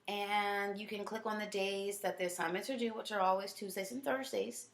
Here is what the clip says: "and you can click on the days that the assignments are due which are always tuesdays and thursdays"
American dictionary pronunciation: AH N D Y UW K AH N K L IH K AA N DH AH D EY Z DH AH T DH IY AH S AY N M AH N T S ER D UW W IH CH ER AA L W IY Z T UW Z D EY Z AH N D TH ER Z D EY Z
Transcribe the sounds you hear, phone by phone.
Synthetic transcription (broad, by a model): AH N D Y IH K AH N K L IH K N DH AH D EY Z DH AH T DH IY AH S AY M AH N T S ER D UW W IH CH ER AA L W IY Z T UW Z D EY AH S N TH ER Z D EY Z